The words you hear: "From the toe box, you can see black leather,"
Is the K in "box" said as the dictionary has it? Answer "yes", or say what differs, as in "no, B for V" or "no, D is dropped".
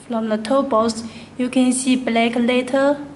no, K is dropped